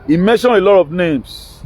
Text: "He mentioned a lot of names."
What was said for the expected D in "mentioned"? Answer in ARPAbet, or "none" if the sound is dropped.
none